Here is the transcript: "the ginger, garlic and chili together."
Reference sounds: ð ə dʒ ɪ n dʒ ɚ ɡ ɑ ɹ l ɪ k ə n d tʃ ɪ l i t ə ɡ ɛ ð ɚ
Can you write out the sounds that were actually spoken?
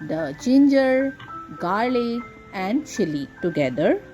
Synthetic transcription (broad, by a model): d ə tʃ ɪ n dʒ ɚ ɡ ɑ ɹ l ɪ ə n d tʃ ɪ l i t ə ɡ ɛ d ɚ